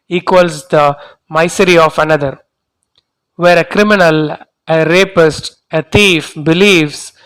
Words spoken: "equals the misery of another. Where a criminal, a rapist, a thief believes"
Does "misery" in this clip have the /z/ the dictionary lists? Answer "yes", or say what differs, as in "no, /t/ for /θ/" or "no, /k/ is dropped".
no, /s/ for /z/